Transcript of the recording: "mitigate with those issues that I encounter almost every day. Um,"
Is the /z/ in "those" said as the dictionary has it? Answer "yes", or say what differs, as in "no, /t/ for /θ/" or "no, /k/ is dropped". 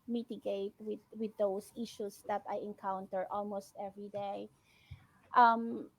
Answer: no, /s/ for /z/